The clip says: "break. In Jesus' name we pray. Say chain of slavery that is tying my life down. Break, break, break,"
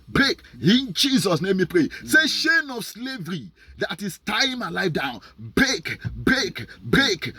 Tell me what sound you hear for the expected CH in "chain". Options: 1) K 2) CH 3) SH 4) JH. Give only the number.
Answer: 3